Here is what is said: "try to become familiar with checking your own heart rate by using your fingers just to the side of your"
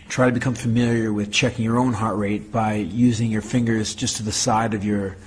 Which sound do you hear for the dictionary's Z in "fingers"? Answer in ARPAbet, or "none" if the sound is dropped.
Z